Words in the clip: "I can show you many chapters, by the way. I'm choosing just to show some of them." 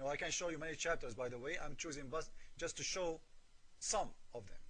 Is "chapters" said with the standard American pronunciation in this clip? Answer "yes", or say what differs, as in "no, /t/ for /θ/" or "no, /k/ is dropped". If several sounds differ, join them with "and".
yes